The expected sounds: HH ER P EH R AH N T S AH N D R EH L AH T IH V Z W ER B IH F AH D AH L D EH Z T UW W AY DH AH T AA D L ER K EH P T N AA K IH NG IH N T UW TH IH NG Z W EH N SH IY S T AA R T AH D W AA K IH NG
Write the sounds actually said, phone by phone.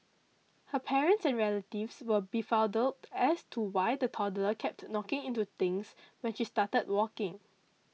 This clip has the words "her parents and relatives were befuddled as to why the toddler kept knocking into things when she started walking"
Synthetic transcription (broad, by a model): HH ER P EH R AH N T S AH N R EH L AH T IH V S W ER B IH F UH D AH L EH S T UW W AY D AH T AA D L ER K EH P T N AA K IH NG IH N T UW T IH NG S W EH N SH IY S T AA T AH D W AA K IH NG